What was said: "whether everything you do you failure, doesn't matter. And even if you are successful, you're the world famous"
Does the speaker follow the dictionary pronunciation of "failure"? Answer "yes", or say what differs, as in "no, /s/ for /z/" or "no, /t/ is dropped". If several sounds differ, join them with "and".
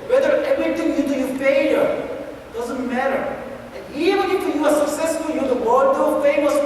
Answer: no, /p/ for /f/